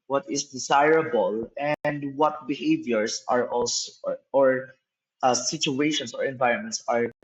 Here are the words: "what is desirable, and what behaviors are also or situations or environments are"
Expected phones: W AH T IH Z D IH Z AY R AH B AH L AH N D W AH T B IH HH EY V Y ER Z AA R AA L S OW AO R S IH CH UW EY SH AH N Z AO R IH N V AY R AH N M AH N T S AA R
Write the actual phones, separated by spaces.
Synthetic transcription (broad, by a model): W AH T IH S D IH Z AY R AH B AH L AH N D W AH T B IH HH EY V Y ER S AA R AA L S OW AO R S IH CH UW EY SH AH N S AO R IH N V AY R AH N M AH N T S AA R